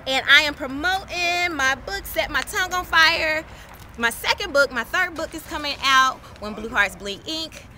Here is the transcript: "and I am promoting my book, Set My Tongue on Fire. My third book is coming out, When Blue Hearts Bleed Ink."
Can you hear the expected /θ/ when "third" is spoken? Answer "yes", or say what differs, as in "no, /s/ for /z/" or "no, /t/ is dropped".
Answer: yes